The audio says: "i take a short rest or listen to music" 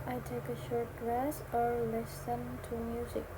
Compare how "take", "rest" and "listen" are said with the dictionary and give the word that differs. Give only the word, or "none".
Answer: rest